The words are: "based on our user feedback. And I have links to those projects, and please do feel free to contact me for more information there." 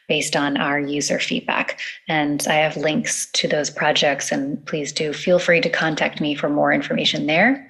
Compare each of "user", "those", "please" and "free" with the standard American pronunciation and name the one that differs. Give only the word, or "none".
none